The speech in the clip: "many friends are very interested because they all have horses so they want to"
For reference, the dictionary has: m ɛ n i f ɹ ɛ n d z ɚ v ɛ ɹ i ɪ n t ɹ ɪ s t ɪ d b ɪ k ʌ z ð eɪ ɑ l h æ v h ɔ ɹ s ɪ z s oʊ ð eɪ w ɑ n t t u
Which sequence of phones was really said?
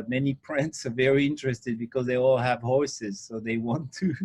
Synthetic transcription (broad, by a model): m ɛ n i p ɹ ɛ n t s ɚ v ɛ ɹ i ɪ n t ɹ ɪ s t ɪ d b ɪ k ʌ z ð eɪ ɑ l h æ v h ɔ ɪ s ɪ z s oʊ ð eɪ w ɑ n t t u